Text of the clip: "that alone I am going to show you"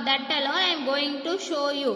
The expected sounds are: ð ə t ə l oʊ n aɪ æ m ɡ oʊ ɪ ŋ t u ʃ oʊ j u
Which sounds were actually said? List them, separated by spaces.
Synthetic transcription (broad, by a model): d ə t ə l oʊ aɪ m ɡ oʊ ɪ ŋ t u ʃ oʊ j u